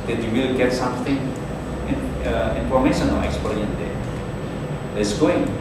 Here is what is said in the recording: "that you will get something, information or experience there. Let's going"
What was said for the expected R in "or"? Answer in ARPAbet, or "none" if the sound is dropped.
L